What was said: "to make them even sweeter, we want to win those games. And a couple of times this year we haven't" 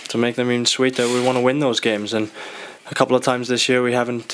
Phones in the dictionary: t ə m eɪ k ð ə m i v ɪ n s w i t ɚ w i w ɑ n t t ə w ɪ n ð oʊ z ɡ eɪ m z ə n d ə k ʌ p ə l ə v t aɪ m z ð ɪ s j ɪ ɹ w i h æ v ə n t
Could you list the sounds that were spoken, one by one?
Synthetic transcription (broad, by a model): t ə m eɪ k ð ə m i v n s w i t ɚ w i w ɑ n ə w ɪ n ð oʊ z ɡ eɪ m z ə n ə k ʌ p l ə v t aɪ m z ð ɪ s j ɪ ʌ w i h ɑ v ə n t